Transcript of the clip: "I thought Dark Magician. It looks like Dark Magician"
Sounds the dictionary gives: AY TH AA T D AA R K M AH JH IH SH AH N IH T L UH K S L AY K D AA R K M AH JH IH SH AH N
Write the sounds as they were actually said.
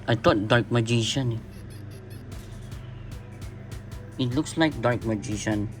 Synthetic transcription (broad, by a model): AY T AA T D AA R K M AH JH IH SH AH N IH T L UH K S L AY K D AA R K M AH JH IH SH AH N